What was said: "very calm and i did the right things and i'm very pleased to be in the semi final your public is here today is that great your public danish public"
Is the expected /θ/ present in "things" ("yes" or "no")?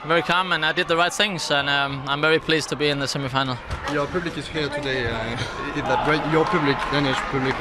yes